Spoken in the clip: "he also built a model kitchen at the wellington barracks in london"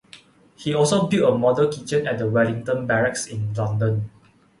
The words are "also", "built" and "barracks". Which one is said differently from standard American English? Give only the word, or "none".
built